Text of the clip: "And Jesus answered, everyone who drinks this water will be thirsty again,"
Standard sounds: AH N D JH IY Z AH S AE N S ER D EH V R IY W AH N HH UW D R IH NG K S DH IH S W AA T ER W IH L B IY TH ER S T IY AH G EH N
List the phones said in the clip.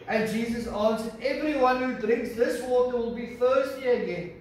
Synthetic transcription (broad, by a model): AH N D JH IY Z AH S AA N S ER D EH V R IY W AH N HH UW D R IH NG K S DH IH S W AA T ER W IH L B IY F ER S T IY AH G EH N